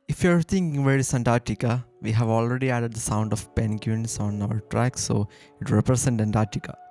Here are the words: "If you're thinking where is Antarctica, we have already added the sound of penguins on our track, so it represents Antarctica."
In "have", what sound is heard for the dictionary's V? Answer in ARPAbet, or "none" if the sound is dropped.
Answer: V